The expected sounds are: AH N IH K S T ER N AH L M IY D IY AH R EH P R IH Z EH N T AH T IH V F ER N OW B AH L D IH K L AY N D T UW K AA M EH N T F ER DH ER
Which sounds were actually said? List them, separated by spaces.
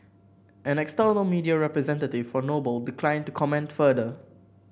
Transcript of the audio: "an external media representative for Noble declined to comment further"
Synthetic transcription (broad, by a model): AH N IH K S T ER N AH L M IY D IY AH R EH P R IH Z EH N T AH T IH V F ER N OW B AH L D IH K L AY N T UW K AA M EH N T F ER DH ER